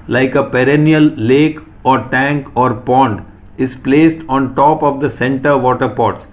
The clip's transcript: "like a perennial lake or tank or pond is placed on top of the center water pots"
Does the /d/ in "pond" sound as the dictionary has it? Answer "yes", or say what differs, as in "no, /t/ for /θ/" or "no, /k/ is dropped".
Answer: yes